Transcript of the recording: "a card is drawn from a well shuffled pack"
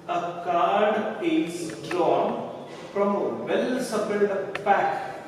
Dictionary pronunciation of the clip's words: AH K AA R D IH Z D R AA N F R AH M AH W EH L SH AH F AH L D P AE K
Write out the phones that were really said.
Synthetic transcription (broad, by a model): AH K AA R D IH S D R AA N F R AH M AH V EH L S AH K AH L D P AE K